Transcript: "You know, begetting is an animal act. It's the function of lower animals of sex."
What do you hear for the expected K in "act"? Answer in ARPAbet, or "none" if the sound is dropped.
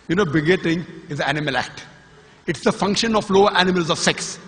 K